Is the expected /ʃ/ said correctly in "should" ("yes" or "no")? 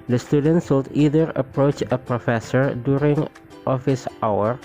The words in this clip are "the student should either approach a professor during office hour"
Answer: no